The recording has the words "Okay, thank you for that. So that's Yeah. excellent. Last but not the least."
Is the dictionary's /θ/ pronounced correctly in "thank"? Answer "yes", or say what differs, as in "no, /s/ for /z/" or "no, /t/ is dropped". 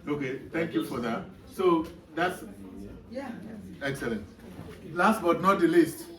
no, /t/ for /θ/